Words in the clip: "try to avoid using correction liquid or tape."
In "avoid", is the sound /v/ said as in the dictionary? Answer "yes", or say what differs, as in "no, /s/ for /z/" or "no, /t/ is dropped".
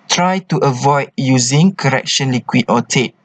yes